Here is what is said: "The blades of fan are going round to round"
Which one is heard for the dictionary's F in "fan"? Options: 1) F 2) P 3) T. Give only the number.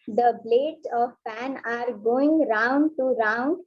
2